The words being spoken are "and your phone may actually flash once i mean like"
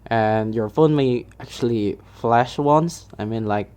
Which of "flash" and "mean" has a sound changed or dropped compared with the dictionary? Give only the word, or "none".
none